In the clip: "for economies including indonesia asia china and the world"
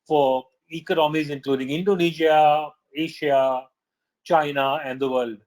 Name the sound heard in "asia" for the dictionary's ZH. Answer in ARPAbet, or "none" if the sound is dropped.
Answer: SH